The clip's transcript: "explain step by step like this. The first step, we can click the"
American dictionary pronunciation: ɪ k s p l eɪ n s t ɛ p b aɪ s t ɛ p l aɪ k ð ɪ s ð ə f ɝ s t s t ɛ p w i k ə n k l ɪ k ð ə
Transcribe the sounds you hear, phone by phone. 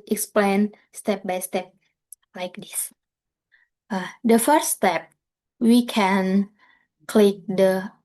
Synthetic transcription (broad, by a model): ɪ k s p l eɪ n s t ɛ p b aɪ s t ɛ p l aɪ k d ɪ s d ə f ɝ t s t ɛ p w i k ə n k l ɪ k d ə